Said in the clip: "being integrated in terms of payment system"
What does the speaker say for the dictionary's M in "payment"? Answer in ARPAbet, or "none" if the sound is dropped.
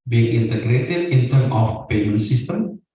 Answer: none